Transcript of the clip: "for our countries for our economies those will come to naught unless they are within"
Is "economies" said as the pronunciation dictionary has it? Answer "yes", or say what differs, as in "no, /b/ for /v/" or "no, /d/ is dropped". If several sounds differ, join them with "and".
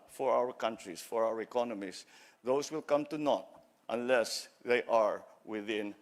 no, /s/ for /z/